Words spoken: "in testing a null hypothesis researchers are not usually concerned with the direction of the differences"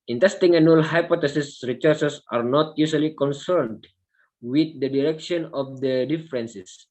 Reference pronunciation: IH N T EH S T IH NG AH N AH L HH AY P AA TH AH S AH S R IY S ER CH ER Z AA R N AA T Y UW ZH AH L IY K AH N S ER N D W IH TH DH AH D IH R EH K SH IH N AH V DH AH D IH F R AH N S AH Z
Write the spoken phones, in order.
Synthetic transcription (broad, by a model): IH N T EH S T IH NG AH N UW L HH AY P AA T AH S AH S R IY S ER S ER S AA R N AA T Y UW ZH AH L IY K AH N S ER N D W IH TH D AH D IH R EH K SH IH N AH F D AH D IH F R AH N S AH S